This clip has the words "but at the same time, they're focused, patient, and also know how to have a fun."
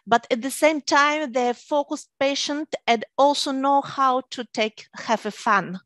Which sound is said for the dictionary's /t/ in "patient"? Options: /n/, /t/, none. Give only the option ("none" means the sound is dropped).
/t/